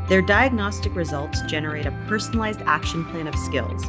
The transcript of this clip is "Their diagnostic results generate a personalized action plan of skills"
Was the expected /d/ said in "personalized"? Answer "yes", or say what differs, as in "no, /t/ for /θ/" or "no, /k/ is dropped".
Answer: yes